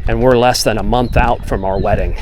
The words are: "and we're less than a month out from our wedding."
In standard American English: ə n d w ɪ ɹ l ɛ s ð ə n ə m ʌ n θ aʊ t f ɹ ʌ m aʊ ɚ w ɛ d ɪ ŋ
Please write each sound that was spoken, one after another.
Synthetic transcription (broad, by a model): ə n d w ɪ ɹ l ɛ s ð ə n ə m ʌ n θ aʊ t f ɹ ʌ m aʊ ɚ w ɛ d ɪ ŋ